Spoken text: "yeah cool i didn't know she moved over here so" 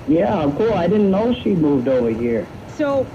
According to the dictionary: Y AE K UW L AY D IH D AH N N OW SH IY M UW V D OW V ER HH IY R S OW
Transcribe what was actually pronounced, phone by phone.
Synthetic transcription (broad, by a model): Y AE K UW L AY D IH D N N OW SH IY M UW V D OW V ER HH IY R S OW